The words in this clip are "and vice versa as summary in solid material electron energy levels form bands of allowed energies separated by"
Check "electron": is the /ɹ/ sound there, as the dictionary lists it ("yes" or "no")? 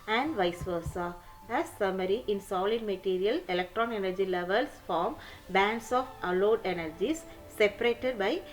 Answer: yes